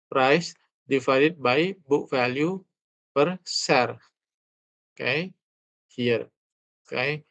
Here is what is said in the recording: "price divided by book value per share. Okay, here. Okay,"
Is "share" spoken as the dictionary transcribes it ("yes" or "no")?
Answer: no